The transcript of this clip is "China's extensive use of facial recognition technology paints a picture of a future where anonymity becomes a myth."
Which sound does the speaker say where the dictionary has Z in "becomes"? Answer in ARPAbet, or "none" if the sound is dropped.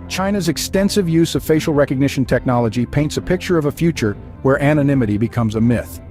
Z